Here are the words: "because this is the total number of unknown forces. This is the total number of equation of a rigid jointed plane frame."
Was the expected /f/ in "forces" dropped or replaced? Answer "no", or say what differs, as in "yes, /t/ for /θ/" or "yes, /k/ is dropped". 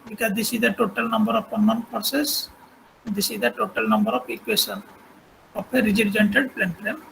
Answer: yes, /p/ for /f/